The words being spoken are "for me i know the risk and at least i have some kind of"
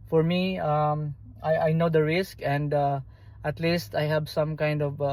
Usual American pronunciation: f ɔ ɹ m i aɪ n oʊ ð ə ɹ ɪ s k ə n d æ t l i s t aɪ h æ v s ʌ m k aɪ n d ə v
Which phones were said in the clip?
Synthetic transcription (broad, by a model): f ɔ ɹ m i aɪ n oʊ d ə ɹ ɪ s k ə n d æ t l i s t aɪ h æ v s ʌ m k aɪ n d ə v